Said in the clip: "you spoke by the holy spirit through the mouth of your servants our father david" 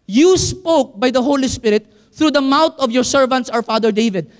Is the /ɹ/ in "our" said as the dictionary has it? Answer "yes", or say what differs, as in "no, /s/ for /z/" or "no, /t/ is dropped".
no, /w/ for /ɹ/